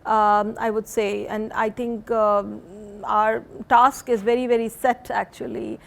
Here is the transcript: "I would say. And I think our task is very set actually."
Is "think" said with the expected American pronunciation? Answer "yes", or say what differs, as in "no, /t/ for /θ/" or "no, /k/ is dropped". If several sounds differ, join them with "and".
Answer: no, /t/ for /θ/